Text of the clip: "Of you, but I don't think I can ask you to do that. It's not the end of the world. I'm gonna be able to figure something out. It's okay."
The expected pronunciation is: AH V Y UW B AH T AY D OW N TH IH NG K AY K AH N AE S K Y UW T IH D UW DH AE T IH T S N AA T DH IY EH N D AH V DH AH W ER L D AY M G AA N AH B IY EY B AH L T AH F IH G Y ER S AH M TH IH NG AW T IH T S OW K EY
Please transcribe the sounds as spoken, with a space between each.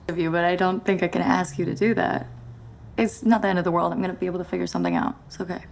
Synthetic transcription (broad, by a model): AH V Y UW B AH T AY D OW N TH IH NG K AY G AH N AE S K Y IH T IH D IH DH AE T IH T S N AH T DH IY EH N D AH V DH AH W ER L D AY M G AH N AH B IY EY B L T AH F IH G Y ER S AH M TH IH NG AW IH T S OW K EY